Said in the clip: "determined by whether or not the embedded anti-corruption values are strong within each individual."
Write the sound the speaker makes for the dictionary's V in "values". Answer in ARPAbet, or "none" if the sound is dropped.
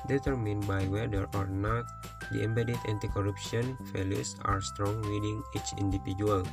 F